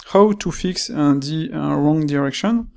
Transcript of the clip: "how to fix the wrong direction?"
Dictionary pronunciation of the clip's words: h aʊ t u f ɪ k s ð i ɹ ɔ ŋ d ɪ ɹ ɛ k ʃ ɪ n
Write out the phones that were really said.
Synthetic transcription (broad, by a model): h aʊ t u f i k s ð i ɹ ɔ ŋ d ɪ ɹ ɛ k ʃ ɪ n